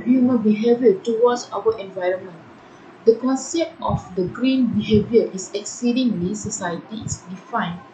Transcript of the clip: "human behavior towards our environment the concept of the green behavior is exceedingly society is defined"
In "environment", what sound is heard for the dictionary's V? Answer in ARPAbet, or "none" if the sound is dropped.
V